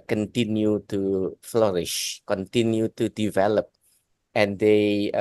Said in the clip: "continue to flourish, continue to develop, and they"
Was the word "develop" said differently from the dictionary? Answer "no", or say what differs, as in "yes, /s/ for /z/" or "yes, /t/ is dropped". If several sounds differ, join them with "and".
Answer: no